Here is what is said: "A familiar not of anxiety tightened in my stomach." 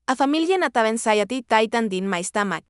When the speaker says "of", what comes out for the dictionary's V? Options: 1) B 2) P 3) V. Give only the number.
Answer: 1